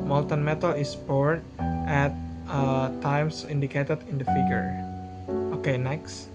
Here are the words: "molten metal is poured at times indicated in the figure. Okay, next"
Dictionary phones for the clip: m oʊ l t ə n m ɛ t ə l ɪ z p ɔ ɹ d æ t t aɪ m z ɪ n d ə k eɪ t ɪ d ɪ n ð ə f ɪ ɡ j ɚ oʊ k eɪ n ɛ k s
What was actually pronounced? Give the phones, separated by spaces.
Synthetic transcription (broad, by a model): m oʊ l t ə n m ɛ t ə l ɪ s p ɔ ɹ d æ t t aɪ m s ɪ n d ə k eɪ t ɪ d ɪ n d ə f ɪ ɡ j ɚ oʊ k eɪ n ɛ k s